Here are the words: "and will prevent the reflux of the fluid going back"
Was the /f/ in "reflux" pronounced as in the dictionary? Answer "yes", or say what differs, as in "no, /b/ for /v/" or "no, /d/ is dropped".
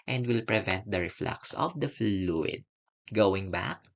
yes